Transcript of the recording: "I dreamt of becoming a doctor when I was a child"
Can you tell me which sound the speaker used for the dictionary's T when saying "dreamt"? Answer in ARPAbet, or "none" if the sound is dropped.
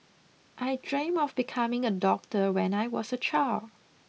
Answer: none